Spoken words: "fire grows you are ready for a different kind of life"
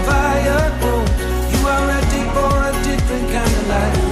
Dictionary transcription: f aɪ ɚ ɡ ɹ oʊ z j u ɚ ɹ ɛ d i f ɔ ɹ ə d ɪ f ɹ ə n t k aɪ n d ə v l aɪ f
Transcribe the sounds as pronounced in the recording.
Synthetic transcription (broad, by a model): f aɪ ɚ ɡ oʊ j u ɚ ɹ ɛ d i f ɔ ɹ ə d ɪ f ɹ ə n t k aɪ n d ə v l aɪ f